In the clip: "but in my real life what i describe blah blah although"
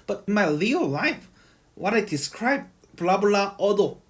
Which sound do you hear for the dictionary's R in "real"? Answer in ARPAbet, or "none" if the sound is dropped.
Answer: L